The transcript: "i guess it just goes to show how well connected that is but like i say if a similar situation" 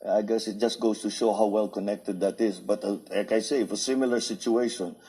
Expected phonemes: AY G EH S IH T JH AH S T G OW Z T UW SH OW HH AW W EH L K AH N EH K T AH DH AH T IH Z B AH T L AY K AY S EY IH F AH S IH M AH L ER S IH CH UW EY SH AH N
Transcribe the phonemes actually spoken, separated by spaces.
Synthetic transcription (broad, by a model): AY G EH S IH T JH AH S T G OW S T UW SH OW HH AW W EH L K AH N EH K T AH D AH T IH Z B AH T L AY K AY S EY IH F AH S IH M AH L ER S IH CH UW EY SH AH N